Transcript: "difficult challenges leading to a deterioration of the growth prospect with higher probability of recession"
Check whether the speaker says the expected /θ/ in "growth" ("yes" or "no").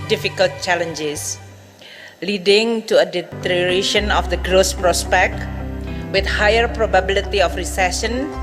no